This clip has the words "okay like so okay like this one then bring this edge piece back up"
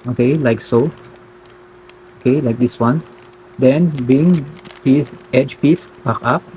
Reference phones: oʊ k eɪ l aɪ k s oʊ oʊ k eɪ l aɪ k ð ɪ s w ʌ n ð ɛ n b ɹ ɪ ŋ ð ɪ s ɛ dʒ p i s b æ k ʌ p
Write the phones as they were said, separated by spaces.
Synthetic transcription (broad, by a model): oʊ k eɪ l aɪ k s oʊ oʊ k eɪ l aɪ k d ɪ s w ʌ n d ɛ n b i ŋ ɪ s ɛ dʒ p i s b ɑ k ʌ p